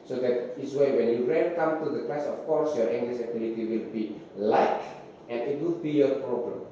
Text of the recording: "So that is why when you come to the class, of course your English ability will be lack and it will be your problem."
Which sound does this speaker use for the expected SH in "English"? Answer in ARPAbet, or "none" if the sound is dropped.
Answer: S